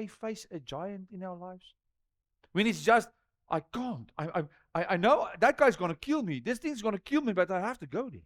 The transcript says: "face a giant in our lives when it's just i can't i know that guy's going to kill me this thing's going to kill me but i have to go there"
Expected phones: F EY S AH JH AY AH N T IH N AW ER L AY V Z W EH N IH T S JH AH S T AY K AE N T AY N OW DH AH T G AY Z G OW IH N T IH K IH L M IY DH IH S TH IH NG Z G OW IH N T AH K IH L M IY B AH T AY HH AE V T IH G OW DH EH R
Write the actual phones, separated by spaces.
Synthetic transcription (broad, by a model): F EY S AH JH AY AH N T IH N AW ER L AY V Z W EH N IH T S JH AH S T AY K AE N T AY N OW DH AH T G AY Z G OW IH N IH K IH L M IY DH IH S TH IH NG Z G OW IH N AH K IH L M IY B AH T AY HH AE F T IH G OW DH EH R